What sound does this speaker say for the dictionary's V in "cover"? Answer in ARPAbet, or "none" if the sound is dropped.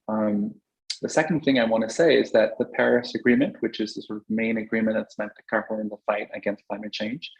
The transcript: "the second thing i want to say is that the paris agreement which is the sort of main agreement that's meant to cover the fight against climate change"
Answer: P